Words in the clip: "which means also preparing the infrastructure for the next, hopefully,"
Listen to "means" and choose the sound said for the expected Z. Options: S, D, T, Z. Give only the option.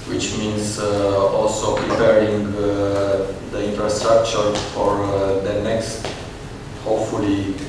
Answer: S